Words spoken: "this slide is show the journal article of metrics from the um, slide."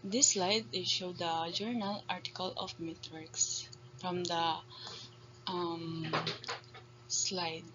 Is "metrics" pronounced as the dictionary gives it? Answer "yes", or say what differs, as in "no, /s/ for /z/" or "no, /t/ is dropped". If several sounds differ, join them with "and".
no, /w/ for /ɹ/